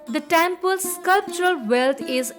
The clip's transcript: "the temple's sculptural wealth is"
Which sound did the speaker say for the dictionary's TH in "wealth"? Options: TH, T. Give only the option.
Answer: T